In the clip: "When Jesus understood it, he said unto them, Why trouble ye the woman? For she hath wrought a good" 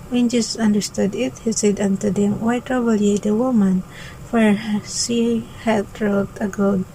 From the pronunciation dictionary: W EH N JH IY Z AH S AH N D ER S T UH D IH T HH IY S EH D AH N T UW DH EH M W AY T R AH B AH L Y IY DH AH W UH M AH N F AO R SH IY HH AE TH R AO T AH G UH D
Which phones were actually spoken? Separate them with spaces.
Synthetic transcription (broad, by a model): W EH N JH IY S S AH N D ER S T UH D IH T HH IY S EH D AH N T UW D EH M W AY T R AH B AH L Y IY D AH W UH M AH N F AO R S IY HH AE T R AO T AH G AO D